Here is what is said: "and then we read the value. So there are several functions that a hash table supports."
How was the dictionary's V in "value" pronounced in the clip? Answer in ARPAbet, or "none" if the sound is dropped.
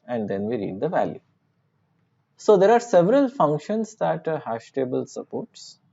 V